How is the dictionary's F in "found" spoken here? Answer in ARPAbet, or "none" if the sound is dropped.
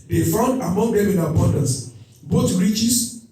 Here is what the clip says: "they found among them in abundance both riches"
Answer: F